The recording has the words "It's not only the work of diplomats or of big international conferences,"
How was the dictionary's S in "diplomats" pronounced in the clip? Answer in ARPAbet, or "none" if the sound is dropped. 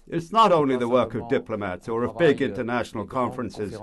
S